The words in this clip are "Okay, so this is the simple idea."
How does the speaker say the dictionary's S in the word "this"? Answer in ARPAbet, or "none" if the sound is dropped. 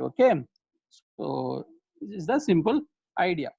none